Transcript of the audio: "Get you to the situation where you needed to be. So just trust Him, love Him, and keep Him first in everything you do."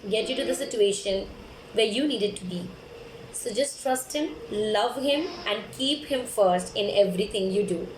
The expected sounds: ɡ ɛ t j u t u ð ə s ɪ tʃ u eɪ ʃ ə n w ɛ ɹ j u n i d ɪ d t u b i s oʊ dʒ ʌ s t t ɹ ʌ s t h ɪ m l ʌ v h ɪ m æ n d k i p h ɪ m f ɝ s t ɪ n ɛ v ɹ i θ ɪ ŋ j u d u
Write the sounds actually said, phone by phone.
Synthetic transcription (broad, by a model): ɡ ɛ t j u t u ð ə s ɪ tʃ u eɪ ʃ ə n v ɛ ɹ j u n i d ɪ d t u b i s oʊ dʒ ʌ s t t ɹ ʌ s t h ɪ m l ʌ v h ɪ m æ n d k i p h ɪ m f ɝ s t ɪ n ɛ v ɹ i t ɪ ŋ j u d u